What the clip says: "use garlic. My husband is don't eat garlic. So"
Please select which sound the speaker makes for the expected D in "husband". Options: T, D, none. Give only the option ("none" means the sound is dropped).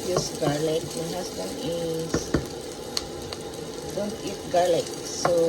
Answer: none